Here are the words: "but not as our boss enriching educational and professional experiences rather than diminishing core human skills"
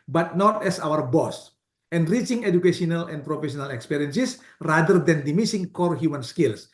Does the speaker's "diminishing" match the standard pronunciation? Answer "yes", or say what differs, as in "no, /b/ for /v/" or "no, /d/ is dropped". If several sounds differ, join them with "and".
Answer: no, /s/ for /ʃ/